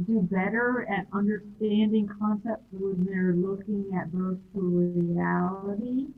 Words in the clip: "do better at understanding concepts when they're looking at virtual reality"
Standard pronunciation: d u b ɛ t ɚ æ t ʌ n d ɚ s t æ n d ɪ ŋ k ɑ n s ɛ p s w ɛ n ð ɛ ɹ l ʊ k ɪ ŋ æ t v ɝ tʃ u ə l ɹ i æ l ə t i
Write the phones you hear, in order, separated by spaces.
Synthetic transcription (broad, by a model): d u b ɛ t ɚ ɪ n ʌ n d ɚ s t æ n d ɪ ŋ k ɑ n s ɛ p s w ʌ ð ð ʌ ɹ l ʊ k ɪ ŋ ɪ t b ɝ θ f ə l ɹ i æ l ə t i